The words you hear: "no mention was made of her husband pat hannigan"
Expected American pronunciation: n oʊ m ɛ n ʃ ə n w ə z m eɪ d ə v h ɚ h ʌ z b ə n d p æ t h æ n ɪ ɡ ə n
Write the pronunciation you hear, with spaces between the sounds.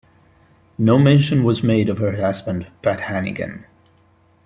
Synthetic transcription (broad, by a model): n oʊ m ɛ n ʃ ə n w ə z m eɪ d ə v h ɚ h ʌ z b ə n d b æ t h æ n ɪ ɡ ə n